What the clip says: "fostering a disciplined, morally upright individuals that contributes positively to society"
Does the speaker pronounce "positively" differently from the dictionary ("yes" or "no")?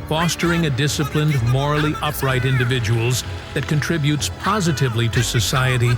no